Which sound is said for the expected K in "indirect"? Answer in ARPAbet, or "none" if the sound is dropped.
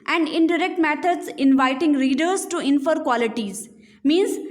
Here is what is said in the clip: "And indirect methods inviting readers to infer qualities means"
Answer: K